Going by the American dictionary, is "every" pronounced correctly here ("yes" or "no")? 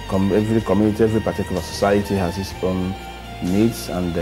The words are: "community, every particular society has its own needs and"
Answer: yes